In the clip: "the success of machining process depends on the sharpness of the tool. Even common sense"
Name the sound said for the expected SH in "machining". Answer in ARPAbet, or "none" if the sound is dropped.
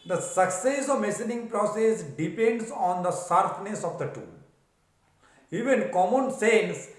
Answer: S